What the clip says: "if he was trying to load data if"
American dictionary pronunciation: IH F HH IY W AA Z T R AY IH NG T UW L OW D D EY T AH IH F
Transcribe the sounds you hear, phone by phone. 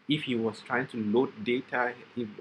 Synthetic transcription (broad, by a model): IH F HH IY W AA S T R AY IH NG T UW L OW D D EY T AH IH